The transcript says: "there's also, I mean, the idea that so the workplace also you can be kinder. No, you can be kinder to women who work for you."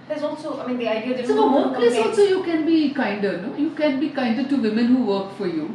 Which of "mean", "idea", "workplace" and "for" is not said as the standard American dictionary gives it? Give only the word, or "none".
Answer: workplace